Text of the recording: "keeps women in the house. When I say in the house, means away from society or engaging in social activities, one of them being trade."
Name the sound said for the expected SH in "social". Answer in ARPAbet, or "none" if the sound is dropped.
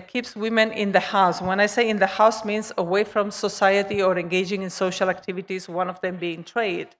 SH